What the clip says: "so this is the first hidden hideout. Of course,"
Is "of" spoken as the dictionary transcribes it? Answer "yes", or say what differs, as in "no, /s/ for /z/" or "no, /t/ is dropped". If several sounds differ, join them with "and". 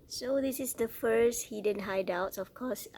no, /f/ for /v/